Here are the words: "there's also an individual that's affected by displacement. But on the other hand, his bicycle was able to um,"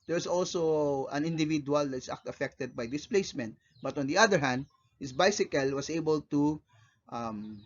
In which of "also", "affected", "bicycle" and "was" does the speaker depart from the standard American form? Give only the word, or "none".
was